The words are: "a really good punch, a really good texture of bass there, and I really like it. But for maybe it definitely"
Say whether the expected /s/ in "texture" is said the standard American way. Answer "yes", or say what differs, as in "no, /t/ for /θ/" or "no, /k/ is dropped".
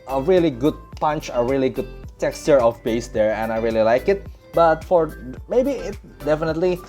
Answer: yes